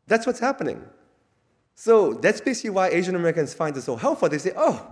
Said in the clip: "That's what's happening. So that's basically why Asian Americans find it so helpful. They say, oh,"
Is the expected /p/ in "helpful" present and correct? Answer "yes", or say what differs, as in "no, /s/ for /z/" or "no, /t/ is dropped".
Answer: no, /p/ is dropped